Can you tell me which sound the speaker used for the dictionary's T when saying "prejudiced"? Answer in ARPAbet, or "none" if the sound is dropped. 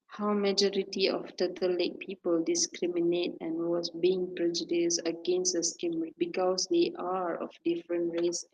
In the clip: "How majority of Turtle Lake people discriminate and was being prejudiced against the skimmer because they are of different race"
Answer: none